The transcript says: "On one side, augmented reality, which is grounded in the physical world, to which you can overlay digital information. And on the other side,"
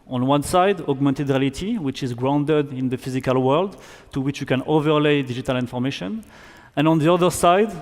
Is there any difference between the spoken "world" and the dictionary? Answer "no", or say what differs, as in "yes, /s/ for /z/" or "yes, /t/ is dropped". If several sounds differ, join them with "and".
no